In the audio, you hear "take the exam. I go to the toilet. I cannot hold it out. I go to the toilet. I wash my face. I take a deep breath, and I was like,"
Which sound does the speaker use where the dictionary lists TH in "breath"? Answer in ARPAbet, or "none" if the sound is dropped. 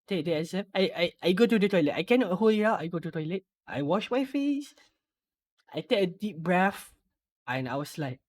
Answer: F